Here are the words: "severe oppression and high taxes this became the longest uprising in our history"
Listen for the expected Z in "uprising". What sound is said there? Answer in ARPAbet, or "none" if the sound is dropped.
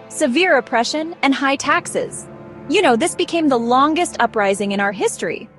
Z